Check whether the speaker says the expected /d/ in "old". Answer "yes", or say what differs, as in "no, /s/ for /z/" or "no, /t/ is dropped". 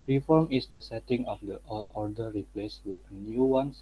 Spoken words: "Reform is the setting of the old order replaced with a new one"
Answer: no, /d/ is dropped